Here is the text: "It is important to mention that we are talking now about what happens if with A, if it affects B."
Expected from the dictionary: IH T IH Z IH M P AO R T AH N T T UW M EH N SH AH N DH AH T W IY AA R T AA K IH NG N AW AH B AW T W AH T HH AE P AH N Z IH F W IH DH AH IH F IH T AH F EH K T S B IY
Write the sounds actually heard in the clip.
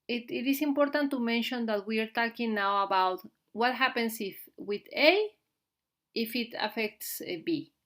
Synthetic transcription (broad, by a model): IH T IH S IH M P AO R T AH N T T UW M EH N SH AH N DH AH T W IY AA R T AA K IH NG N AW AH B AW T W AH T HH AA P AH N S IH F W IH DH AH IH F IH T AH F EH K T S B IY